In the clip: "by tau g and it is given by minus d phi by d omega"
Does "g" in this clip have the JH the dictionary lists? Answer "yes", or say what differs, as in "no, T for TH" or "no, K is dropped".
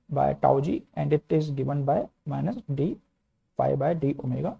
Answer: yes